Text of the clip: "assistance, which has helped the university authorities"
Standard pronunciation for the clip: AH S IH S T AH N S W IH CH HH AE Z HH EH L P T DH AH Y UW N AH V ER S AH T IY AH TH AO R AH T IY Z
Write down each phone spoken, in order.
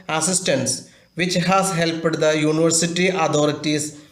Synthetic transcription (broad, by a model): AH S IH S T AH N S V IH CH HH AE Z HH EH L P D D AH Y UW N AH V ER S AH T IY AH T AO R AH T IY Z